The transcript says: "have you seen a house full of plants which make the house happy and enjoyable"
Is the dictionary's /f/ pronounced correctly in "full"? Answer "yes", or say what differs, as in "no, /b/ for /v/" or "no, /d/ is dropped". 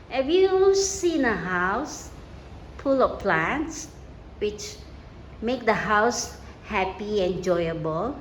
no, /p/ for /f/